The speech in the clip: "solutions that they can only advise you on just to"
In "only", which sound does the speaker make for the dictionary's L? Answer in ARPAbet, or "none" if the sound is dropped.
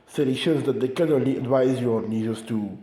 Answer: L